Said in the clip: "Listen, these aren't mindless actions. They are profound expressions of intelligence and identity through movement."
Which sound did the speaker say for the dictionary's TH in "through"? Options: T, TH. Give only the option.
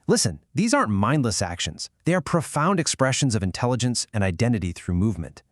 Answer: TH